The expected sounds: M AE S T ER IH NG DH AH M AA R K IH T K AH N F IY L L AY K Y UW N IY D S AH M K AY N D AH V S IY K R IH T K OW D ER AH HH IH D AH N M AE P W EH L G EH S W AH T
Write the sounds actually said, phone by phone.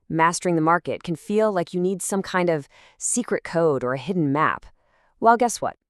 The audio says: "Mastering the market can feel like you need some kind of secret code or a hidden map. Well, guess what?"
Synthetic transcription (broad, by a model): M AE S T ER IH NG DH AH M AA R K IH T K AH N F IY L L AY K Y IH N IY D S AH M K AY N D AH V S IY K R IH T K OW D ER AH HH IH D N M AE P W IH L G EH S W AH T